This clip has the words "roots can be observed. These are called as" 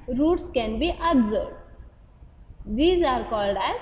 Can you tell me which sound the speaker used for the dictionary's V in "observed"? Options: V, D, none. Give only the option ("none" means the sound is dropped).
none